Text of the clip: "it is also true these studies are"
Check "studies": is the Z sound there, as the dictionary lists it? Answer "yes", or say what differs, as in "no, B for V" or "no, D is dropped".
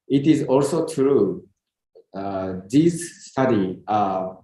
no, Z is dropped